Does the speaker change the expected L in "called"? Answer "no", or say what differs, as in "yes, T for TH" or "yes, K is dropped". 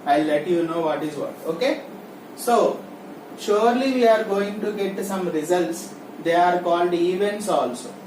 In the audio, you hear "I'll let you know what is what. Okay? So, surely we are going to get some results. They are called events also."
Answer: no